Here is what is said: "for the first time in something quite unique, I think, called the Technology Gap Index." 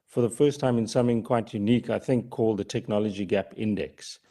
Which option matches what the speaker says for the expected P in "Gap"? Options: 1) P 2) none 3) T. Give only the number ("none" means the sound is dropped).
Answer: 1